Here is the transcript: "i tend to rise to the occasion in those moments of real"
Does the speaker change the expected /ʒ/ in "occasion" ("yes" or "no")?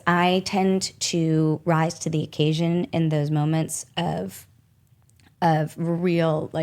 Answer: no